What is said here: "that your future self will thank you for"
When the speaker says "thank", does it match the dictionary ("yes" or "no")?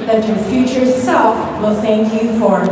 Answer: yes